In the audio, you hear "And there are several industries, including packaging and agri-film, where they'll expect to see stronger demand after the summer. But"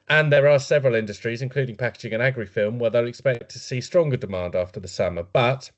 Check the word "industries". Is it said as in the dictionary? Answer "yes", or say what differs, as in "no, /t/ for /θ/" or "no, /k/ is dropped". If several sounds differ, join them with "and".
yes